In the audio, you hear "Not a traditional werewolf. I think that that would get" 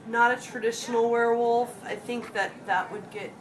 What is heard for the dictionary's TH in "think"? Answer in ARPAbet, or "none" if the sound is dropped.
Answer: TH